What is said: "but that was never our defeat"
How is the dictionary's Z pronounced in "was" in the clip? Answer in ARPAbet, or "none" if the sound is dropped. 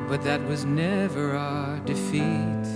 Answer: Z